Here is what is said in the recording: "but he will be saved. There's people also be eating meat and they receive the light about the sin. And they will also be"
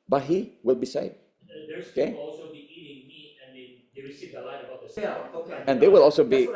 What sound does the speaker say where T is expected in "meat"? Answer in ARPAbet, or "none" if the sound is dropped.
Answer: none